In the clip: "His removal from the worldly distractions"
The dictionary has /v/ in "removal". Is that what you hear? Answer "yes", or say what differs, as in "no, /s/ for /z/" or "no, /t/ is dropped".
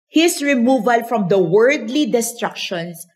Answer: yes